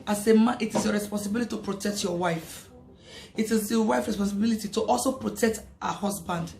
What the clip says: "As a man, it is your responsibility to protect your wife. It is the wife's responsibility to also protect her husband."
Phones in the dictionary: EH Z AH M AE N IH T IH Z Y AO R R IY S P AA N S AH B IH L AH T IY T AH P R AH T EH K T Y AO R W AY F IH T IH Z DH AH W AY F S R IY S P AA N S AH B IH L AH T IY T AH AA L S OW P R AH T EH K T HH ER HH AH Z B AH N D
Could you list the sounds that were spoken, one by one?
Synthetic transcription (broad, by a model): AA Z AH M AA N IH T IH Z Y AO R R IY S P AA N S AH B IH L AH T IY T AH P R AH T EH K T Y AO W AY F IH T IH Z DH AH W AY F R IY S P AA N S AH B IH L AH T IY T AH AA L S OW P R AH T EH K T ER HH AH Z B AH N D